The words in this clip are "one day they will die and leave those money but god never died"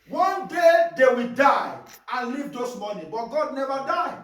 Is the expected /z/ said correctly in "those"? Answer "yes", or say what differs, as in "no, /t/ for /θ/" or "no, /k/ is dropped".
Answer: no, /s/ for /z/